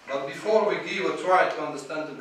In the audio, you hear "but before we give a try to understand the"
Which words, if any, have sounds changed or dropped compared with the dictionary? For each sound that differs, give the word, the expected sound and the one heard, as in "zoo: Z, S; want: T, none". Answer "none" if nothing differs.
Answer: give: V, W